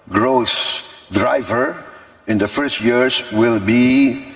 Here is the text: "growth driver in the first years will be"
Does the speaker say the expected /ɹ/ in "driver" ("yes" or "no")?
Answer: yes